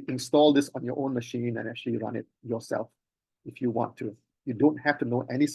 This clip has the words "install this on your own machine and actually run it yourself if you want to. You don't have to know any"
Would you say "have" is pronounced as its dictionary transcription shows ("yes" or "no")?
no